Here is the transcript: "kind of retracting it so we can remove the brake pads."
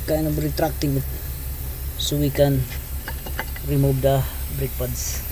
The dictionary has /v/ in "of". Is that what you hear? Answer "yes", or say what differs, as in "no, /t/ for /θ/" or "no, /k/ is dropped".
no, /b/ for /v/